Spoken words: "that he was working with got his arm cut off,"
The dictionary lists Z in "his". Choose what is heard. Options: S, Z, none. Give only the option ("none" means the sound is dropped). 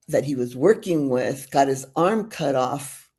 Z